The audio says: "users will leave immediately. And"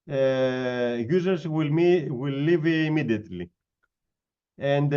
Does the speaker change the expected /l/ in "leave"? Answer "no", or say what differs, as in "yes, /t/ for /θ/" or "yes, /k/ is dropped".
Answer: yes, /w/ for /l/